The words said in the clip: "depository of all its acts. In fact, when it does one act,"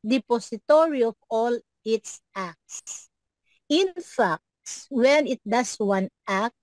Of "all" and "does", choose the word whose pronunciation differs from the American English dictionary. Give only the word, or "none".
does